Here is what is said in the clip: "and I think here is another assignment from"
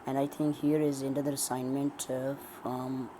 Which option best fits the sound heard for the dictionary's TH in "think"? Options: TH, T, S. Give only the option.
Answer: T